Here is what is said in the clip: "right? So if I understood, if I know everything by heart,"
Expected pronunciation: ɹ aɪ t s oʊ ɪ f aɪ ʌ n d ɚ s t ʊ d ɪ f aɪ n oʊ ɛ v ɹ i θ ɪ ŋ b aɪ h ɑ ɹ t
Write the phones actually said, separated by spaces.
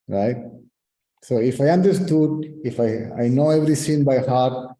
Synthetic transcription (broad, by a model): ɹ aɪ t s oʊ ɪ f aɪ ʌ n d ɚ s t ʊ d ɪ f aɪ n oʊ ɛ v ɹ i s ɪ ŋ b aɪ h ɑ ɹ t